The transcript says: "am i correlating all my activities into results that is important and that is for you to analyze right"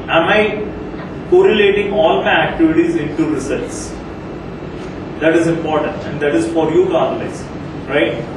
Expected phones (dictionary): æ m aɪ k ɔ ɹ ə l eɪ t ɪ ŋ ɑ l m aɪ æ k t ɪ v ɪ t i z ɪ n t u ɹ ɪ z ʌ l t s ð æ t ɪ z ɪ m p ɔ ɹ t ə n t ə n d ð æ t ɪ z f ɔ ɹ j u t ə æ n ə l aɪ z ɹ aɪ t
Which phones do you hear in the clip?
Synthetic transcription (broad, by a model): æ m aɪ k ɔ ɹ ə l eɪ t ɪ ŋ ɑ l m aɪ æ k t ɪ v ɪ t i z ɪ n t u ɹ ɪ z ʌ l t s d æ t ɪ z ɪ m p ɔ ɹ t ə n t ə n d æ t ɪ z f ɔ ɹ j u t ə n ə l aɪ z ɹ aɪ t